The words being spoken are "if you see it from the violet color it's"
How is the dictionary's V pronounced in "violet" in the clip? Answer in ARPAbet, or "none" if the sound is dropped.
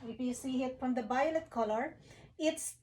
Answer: B